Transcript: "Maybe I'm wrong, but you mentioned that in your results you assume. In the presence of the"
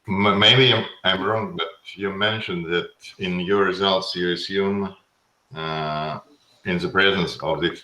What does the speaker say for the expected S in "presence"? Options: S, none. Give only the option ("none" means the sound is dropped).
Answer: S